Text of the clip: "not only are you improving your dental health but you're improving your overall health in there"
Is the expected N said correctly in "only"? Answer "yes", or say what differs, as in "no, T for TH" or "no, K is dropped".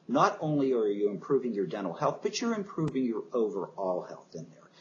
yes